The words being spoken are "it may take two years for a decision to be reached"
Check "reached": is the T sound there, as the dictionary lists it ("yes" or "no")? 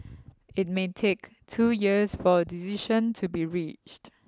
yes